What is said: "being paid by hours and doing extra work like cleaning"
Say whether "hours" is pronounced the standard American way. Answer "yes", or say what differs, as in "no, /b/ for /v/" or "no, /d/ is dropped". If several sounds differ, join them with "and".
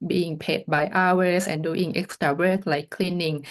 no, /s/ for /z/